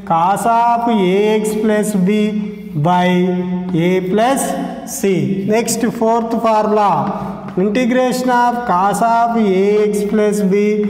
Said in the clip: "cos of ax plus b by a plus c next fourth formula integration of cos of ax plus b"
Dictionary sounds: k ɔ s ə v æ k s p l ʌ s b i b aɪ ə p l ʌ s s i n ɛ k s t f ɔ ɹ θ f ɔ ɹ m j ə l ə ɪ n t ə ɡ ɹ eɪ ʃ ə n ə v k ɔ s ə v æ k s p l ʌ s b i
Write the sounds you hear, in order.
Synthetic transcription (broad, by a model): k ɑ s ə p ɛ k s p l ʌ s b i b aɪ ə p l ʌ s s i n ɛ k s t p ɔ ɹ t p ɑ ɹ m l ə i n t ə ɡ ɹ eɪ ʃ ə n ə p k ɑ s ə p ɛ k s p l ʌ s b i